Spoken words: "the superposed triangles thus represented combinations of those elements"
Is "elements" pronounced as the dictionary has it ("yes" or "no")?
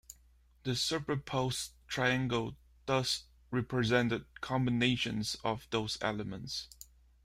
yes